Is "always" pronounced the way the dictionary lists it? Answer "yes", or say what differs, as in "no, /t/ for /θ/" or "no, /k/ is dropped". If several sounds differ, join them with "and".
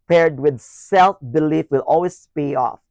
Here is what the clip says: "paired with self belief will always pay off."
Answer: no, /s/ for /z/